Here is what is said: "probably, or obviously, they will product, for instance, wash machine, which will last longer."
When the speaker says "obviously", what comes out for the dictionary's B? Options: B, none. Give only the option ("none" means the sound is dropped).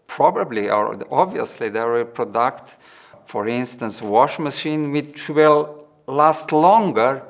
B